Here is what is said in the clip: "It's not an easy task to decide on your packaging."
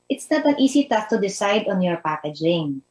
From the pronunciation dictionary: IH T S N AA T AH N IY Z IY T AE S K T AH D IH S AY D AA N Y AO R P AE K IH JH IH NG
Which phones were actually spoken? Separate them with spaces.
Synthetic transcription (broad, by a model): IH T S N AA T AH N IY S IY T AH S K T AH D IH S AY D AA N Y AO R P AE K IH JH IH NG